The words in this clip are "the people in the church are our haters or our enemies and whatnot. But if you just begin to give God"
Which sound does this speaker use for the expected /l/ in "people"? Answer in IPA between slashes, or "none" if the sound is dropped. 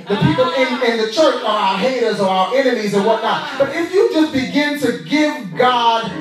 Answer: /n/